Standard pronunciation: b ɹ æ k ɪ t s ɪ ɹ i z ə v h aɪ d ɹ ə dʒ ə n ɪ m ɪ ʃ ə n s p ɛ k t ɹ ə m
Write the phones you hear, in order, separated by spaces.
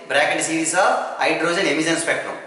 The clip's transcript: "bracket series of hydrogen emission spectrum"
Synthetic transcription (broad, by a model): b ɹ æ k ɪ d s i ɹ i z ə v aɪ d ɹ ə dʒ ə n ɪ m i s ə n s p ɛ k t ɹ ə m